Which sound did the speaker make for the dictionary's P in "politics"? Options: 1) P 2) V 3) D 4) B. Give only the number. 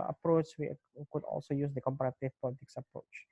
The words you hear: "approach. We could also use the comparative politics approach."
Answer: 1